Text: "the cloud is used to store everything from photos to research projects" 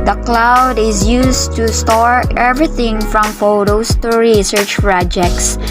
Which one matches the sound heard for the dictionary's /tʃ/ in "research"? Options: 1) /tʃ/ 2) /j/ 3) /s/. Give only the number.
1